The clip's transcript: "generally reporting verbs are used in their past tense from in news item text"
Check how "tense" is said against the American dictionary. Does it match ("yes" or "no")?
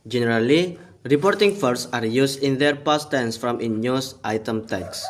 yes